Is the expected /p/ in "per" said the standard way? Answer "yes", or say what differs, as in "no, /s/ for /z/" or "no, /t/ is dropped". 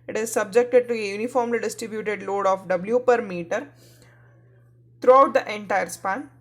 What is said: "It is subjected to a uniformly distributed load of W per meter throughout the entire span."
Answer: yes